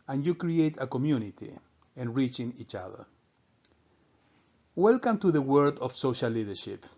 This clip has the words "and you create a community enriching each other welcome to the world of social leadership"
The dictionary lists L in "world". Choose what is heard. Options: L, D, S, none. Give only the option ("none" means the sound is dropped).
none